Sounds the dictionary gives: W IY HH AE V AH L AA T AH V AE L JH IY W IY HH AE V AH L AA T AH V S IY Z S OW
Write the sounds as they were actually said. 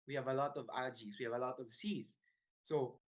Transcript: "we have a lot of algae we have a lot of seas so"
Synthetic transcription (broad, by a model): W IY HH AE V AH L AA T AH V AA JH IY W IY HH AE V AH L AA T AH V S IY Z S OW